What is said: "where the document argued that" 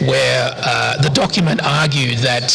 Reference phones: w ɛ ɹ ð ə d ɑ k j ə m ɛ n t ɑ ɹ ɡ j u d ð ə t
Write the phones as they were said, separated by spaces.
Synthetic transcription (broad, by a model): w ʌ ɹ ð ə d ɑ k j ə m ɛ n t ɑ ɹ ɡ j u d ð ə t